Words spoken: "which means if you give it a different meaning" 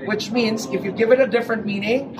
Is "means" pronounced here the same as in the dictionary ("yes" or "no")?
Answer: yes